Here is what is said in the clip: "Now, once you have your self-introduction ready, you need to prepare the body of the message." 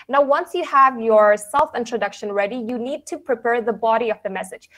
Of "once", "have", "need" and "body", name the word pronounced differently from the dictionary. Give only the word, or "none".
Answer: none